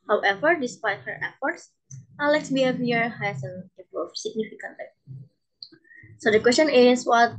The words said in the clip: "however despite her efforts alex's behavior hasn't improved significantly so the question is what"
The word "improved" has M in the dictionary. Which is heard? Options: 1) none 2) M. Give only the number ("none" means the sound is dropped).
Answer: 1